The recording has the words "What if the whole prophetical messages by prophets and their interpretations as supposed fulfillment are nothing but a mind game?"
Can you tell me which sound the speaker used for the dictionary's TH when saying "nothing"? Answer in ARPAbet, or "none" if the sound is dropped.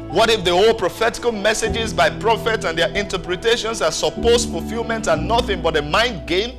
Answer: TH